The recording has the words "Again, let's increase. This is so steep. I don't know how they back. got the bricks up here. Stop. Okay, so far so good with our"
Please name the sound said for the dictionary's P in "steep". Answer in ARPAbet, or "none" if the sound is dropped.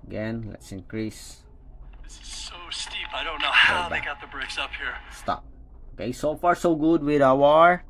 P